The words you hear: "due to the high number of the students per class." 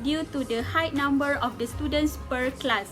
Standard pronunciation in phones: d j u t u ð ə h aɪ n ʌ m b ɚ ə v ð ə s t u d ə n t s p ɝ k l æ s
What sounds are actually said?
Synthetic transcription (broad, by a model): d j u t u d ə h aɪ n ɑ m b ɚ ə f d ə s t u d ə n t s p ɝ k l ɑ s